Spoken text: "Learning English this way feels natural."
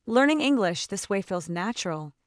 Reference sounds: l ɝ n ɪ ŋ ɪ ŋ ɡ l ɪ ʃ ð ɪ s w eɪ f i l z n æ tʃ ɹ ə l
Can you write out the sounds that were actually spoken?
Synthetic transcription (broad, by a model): l ɝ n ɪ ŋ ɪ ŋ ɡ l ɪ ʃ ð ɪ s w eɪ f i l z n æ tʃ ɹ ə l